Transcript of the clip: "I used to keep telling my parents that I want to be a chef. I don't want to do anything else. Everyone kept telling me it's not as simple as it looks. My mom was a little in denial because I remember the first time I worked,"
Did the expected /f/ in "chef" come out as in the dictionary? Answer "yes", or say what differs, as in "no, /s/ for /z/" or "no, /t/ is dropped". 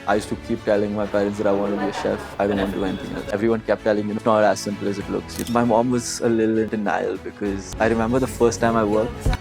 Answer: yes